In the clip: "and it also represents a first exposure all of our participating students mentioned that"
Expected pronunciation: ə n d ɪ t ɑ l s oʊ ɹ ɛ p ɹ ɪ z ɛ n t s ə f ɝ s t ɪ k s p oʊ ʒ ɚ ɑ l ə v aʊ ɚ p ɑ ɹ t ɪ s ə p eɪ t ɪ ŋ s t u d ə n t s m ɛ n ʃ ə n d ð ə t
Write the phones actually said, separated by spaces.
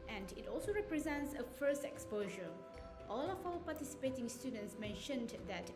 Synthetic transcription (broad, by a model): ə n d ɪ t ɑ l s oʊ ɹ ɛ p ɹ ɪ z ɛ n t s ə f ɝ s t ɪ k s p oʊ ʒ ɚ ɑ l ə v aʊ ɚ p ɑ t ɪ s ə p eɪ t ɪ ŋ s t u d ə n t s m ɛ n ʃ ə n d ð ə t